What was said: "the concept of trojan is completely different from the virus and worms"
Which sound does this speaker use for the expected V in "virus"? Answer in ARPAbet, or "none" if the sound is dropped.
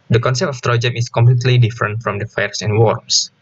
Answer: F